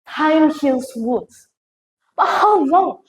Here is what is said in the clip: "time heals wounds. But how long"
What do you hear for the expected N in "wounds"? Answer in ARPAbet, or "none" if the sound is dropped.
none